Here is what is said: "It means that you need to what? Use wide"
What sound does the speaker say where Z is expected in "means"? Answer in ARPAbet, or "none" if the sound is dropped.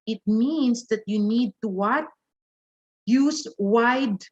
S